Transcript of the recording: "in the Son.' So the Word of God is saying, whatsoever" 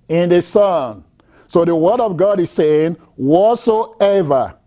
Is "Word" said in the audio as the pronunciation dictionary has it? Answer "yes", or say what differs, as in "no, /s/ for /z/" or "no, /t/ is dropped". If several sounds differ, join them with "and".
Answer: yes